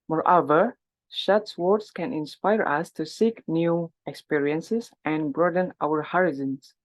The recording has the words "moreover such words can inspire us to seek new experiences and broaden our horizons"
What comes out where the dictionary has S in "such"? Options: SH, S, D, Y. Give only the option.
SH